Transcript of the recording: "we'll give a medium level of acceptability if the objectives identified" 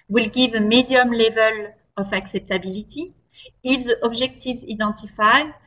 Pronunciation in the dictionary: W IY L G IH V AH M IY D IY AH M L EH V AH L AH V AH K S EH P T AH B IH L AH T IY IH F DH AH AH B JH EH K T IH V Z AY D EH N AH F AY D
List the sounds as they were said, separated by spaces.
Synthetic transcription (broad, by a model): W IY L G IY V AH M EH D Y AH M L EH V AH L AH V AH K S EH P T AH B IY L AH T IY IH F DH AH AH B ZH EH K T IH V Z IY D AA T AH F AY